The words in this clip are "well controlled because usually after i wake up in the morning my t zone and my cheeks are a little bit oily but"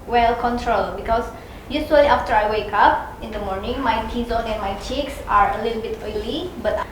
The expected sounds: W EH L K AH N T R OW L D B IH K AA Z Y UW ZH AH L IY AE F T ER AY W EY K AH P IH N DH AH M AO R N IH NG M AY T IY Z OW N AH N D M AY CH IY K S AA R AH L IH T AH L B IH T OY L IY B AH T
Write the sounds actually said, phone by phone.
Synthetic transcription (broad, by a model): W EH L K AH N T R OW L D B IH K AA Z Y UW S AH L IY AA F T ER AY W EY K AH P IH N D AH M AO R N IH NG M AY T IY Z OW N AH N M AY CH IY K S AA R AH L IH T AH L B IH T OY L IY B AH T